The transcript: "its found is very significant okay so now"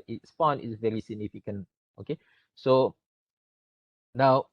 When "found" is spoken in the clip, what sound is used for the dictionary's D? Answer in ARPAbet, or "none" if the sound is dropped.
none